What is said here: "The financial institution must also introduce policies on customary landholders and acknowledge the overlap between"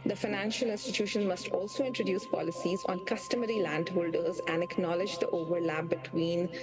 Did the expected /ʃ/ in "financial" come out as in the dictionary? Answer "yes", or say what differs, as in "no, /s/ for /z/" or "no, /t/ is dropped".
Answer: yes